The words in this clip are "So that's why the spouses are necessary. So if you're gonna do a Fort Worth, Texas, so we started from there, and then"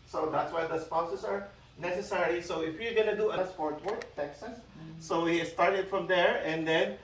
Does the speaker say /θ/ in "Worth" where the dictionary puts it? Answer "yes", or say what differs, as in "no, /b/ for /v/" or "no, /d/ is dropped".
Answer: no, /t/ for /θ/